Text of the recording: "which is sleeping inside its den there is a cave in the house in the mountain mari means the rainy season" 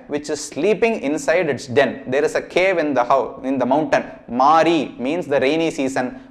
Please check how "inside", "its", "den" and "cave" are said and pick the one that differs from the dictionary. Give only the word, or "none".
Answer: none